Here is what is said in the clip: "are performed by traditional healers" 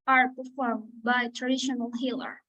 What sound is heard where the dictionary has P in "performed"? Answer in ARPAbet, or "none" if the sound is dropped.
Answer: P